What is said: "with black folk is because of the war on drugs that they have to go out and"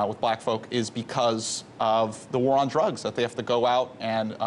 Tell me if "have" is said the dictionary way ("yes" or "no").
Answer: no